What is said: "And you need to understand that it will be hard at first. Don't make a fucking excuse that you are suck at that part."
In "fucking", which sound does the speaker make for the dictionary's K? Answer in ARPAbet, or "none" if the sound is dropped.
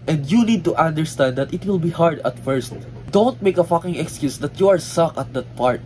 K